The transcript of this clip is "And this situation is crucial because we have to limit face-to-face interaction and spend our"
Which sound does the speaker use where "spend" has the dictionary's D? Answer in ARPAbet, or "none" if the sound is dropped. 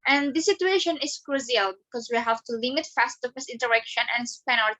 none